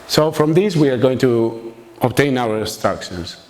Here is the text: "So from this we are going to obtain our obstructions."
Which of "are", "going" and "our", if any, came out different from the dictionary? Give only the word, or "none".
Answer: our